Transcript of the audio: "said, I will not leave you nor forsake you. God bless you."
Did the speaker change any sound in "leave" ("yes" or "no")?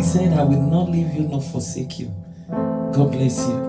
no